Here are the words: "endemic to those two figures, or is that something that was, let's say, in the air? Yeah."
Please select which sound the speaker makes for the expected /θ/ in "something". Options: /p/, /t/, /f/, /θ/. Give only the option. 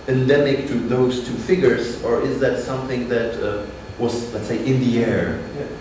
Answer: /θ/